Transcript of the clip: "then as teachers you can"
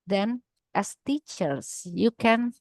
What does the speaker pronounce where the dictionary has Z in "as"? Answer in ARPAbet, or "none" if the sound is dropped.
S